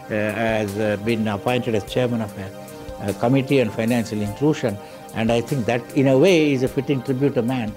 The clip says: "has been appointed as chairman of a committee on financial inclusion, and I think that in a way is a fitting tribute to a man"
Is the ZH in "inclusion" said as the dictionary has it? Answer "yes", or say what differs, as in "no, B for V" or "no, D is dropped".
no, SH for ZH